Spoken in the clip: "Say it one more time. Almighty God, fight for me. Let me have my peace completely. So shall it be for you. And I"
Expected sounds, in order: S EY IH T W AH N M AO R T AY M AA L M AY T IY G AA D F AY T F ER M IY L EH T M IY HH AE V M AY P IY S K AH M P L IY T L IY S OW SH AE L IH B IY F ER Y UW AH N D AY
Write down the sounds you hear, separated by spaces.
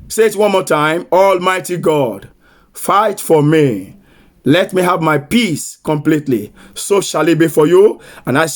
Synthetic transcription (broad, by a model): S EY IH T W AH N M AO T AY M AA L M AY T IY G AA D F AY T F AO M IY L EH T M IY HH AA V M AY P IY S K AH M P L IY T L IY S OW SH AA L IH B IY F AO Y UW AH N AY